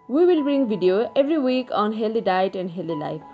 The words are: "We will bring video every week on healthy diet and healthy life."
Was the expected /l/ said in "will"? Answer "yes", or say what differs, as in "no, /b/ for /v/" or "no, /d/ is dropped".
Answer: yes